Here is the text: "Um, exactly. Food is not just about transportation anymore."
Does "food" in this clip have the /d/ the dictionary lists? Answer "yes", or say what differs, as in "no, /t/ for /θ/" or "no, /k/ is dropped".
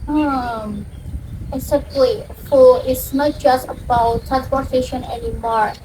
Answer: no, /d/ is dropped